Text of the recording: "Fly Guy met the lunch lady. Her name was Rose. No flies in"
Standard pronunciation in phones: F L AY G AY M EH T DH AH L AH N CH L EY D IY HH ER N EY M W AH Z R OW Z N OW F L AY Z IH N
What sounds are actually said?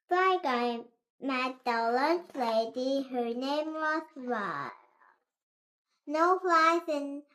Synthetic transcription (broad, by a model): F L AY G AY M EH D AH L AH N S L EY D IY HH ER N EY M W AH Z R N OW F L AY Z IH N